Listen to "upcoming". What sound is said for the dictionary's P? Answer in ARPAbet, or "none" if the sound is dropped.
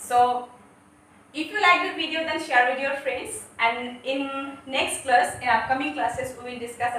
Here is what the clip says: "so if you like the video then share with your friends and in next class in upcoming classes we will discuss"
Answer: none